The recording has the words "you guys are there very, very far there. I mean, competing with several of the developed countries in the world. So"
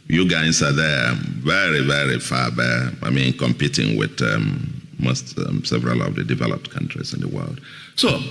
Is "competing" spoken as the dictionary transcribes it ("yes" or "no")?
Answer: yes